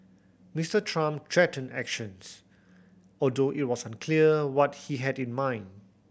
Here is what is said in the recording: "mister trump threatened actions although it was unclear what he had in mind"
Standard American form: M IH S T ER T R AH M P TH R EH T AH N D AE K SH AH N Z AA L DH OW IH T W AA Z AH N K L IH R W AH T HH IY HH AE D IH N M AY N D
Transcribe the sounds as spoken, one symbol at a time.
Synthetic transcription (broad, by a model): M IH S T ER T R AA M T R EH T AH N AE K SH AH N S AA L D OW IH T W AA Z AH N K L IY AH W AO T HH IY HH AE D IH N M AY N D